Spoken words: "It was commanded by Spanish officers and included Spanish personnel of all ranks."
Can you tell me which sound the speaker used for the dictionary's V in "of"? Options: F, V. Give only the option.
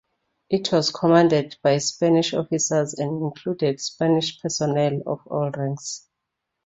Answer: F